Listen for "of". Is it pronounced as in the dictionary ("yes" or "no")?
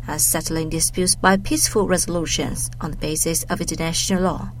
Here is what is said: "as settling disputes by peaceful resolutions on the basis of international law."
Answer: yes